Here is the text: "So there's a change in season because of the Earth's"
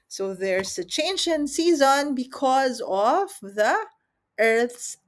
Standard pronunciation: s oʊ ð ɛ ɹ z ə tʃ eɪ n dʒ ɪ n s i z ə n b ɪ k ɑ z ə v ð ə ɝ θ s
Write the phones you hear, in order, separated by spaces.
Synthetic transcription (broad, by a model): s oʊ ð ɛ ɹ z ə tʃ eɪ n dʒ ɪ n s i z ə n b ɪ k ɑ z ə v ð ə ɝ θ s